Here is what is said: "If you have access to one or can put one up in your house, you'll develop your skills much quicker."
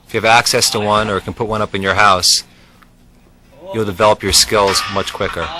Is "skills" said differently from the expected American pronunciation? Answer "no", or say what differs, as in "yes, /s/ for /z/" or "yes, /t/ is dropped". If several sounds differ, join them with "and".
no